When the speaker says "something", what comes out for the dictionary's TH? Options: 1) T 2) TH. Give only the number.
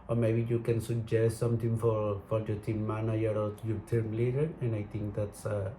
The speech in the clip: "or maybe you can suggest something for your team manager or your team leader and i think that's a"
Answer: 1